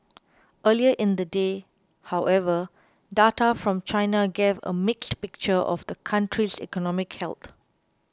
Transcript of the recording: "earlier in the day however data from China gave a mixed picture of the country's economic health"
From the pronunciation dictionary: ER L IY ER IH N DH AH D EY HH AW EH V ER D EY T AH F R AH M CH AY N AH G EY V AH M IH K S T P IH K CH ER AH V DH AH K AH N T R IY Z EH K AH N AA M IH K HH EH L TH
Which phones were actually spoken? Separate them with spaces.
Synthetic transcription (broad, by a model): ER L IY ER IH N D AH D EY HH AW EH V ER D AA T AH F R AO M CH AY N AH G EY V AH M IH K S T P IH K CH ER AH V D AH K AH N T R IY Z EH K AH N AA M IH K HH EH L T